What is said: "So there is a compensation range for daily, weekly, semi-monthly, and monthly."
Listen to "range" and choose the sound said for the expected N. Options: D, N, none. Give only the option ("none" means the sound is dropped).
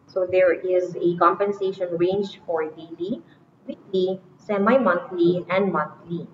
N